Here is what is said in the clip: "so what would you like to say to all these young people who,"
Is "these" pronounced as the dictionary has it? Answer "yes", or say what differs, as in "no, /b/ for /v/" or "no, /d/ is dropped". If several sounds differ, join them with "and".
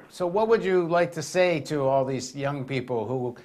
yes